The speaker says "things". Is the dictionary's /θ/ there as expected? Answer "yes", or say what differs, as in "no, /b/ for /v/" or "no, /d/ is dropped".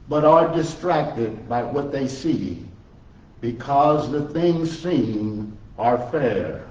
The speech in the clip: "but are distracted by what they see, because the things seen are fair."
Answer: yes